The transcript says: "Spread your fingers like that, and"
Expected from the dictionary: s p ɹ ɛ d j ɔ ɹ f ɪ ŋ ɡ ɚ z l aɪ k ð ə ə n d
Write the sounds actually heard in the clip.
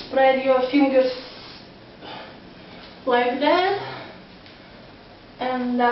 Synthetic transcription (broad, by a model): p ɹ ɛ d j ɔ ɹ f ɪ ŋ ɡ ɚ s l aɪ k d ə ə n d